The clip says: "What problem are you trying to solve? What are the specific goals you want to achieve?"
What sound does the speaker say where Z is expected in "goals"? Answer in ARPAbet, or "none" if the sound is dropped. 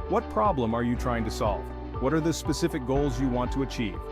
Z